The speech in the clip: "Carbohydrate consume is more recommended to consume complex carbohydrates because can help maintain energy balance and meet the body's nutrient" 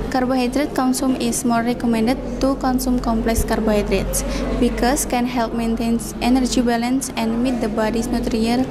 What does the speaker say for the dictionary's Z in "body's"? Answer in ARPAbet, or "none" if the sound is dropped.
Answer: S